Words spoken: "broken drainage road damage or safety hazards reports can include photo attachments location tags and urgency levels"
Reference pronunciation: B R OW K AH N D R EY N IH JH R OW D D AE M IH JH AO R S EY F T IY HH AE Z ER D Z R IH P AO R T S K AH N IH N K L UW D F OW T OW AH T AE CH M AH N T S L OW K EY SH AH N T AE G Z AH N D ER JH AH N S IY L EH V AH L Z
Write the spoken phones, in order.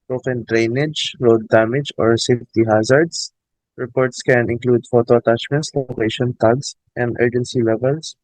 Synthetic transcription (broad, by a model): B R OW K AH N D R EY N IH JH R OW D D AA M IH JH AO R S EY F T IY HH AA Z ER D S R IH P AO R T S K AH N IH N K L UW D F OW T OW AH T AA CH M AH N T S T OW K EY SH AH N T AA G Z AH N D ER JH AH N S IY L EH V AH L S